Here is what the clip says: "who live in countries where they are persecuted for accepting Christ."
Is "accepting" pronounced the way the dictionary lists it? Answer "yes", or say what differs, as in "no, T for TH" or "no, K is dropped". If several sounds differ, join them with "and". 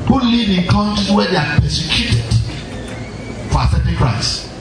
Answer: no, K is dropped and P is dropped